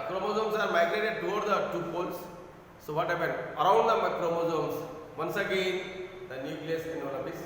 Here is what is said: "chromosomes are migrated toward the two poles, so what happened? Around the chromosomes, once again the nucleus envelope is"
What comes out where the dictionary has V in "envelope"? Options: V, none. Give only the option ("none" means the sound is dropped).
none